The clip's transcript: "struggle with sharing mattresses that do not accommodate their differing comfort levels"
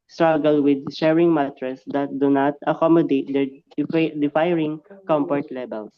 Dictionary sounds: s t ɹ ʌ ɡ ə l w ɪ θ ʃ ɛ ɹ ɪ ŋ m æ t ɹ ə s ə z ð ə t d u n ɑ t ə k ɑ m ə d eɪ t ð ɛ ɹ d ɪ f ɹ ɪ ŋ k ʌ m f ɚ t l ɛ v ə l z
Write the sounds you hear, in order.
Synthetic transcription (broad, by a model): s t ɹ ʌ ɡ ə l w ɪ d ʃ ɛ ɹ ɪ ŋ m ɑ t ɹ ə s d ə t d u n ɑ t ə k ɑ m ə d eɪ t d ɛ ɹ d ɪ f ɹ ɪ ŋ k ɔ m p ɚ t l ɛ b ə l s